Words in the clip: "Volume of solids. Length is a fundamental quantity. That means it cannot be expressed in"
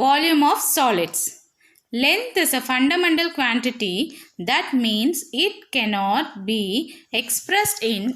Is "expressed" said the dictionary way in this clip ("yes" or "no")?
yes